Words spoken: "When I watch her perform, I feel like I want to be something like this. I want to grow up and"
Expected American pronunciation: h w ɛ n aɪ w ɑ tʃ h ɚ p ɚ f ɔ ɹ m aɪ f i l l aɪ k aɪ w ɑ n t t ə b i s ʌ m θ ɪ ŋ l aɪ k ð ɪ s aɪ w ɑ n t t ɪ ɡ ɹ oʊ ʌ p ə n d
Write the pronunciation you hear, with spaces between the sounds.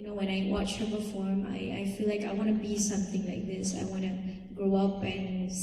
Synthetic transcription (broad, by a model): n w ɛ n aɪ w ɑ tʃ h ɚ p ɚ f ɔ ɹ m aɪ f i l l aɪ k aɪ w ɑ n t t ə b i s ʌ m θ ɪ ŋ l aɪ k ð ɪ s aɪ w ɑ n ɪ ɡ ɹ oʊ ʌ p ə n